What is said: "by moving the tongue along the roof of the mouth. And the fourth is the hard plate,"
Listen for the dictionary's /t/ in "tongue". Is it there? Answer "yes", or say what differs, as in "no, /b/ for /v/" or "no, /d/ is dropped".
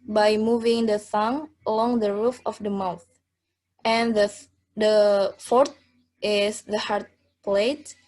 no, /s/ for /t/